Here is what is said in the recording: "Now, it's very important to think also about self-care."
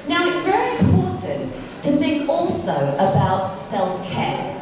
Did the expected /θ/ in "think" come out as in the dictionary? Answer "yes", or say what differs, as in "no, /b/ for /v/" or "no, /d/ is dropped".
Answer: yes